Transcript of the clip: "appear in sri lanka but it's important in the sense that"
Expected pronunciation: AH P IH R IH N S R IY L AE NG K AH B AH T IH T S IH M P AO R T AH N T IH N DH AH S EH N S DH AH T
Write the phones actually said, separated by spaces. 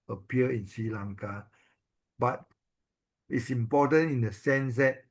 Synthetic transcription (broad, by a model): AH P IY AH IH N S R IY L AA NG K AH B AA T IH T S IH M P AO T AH N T IH N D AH S EH N S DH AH T